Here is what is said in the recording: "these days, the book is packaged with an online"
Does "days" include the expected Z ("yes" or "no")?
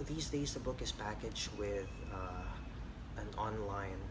yes